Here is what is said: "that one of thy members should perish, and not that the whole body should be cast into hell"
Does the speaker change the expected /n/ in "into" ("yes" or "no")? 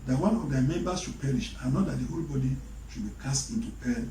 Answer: no